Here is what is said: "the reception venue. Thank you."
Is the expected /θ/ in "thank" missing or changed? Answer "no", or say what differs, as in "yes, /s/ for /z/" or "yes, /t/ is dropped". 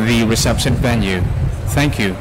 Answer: no